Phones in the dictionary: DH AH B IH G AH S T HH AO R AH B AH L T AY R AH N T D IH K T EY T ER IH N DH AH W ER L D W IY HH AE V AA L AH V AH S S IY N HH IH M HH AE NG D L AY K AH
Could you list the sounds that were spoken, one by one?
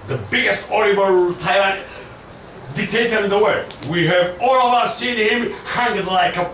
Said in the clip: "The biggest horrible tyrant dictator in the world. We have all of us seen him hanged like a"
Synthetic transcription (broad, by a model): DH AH B IH G AH S T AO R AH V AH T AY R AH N D IH K T EY T ER IH N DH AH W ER D W IY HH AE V AA L AH V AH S S IY N HH IH M HH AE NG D L AY K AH